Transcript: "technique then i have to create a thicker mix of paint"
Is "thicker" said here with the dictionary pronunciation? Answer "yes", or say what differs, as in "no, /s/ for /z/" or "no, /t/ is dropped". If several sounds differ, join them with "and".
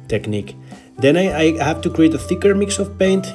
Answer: yes